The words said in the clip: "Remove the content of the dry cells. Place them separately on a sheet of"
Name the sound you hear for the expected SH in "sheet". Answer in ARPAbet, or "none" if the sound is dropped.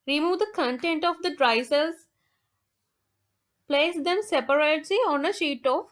SH